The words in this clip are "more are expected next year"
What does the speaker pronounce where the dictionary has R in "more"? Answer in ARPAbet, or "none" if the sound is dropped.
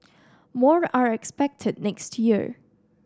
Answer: R